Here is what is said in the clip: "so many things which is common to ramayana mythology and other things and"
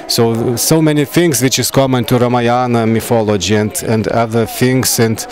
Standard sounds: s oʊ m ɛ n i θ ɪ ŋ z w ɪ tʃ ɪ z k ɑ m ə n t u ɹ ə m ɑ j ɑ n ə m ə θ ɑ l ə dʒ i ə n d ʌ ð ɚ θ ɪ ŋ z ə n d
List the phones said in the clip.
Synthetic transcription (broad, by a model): s oʊ m ɛ n i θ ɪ ŋ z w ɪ tʃ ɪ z k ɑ m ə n t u ɹ ə m ɑ j ɑ n ə m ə f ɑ l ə dʒ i ə n d ʌ ð ɚ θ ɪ ŋ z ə n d